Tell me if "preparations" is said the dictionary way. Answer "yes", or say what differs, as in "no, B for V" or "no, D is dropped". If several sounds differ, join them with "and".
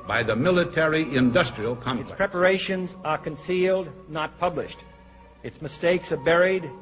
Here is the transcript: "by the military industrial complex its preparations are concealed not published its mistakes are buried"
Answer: yes